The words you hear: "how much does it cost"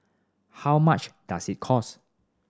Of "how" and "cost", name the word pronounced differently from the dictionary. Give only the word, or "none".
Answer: cost